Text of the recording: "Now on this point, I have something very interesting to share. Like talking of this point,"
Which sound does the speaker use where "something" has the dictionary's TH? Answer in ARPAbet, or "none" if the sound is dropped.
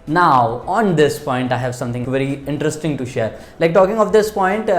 T